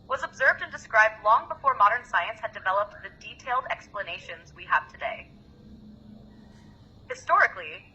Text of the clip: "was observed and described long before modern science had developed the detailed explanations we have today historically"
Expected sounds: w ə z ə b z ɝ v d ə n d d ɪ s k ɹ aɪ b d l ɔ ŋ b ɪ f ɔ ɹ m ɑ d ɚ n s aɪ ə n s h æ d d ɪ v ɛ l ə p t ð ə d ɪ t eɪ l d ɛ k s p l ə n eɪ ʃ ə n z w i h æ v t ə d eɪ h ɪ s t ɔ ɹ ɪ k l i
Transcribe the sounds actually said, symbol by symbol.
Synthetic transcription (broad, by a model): w ə z ə b z ɝ v d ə n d d ɪ s k ɹ aɪ b d l ɔ ŋ b ɪ f ɔ ɹ m ɑ d ɚ n s aɪ ə n s h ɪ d d ɪ v ɛ l ə p t ð ə d ɪ t eɪ l d ɛ k s p l ə n eɪ ʃ ə n z w i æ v t ə d eɪ h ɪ s t ɔ ɹ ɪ k l i